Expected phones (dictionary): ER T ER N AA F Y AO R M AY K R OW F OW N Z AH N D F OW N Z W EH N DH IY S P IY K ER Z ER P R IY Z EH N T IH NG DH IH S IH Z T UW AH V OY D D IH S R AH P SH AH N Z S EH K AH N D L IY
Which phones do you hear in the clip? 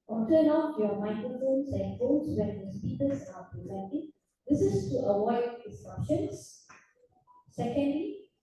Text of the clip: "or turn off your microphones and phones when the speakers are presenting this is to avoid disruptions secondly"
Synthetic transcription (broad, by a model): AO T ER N AA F Y AO M AY K R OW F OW N S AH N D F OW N S W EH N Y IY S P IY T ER S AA P R IY Z EH N T IH NG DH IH S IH S T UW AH W OY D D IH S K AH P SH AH N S S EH K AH N D L IY